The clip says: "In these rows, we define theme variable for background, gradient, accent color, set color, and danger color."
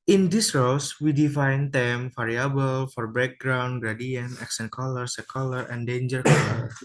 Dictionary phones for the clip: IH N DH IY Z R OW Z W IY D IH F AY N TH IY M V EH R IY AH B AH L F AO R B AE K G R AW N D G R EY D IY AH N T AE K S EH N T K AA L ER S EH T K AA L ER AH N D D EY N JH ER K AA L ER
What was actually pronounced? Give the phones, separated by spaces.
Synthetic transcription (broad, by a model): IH N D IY S R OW S W IY D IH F AY N T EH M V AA R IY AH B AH L F AO R B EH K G R AW N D G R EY D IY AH N EH K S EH N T K AA L ER S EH K AA L ER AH N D D EY N JH ER K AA L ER